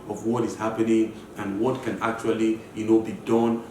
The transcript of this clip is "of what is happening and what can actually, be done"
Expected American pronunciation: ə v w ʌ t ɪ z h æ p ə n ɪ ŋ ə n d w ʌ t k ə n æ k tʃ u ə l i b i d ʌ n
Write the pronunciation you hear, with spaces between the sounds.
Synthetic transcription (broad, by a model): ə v w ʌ t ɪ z h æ p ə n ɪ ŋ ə n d w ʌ t k ə n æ k tʃ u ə n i b i d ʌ n